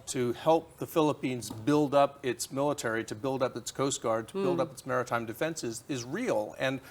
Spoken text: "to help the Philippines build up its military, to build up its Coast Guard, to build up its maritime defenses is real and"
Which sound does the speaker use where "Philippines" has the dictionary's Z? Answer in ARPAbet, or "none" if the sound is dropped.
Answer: Z